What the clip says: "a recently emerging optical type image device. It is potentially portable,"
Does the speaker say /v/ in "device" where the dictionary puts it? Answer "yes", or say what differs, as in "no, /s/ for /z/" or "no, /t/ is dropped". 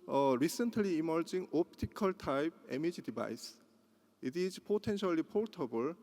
no, /b/ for /v/